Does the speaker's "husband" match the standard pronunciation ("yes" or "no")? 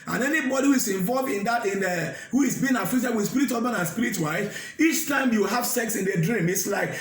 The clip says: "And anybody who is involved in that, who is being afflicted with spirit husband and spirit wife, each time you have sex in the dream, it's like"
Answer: no